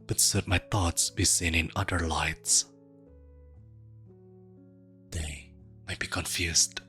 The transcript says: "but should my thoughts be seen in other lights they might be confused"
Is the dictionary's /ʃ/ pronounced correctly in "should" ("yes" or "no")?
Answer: no